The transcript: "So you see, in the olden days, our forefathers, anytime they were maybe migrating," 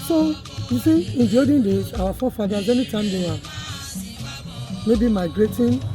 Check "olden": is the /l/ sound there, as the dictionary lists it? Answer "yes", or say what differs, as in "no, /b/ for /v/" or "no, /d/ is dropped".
no, /l/ is dropped